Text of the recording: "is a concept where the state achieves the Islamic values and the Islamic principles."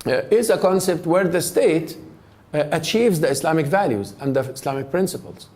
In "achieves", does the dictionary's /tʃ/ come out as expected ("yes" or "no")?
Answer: yes